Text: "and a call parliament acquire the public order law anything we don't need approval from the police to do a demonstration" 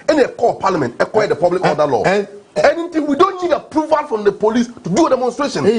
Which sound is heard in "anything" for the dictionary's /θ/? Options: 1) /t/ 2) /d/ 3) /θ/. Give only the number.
1